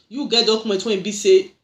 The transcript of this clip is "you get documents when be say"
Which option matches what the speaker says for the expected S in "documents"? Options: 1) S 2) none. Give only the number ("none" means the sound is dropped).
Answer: 2